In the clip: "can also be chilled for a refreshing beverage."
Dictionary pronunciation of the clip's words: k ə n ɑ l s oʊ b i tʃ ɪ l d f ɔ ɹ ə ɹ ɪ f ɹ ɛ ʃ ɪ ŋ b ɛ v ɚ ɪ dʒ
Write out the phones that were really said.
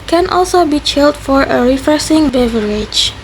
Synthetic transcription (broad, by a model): k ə n ɑ l s oʊ b i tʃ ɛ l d f ɔ ɹ ə ɹ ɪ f ɹ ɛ s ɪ ŋ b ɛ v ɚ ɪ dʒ